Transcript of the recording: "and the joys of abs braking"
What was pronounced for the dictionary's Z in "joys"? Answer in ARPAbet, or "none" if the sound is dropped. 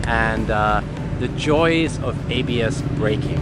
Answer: Z